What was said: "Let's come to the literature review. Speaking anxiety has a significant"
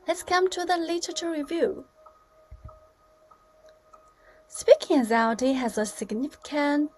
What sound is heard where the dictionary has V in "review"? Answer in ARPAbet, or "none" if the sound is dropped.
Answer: V